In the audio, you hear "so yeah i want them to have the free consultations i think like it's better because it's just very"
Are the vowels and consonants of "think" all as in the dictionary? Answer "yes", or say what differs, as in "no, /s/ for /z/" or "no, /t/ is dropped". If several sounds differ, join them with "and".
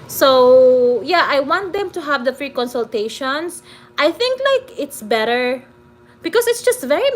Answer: yes